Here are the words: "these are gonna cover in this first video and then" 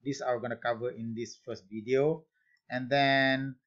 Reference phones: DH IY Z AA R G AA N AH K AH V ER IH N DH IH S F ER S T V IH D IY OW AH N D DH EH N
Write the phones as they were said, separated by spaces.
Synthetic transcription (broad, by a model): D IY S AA W G AA N AH K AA V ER IH N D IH S F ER S T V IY D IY OW AH N D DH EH N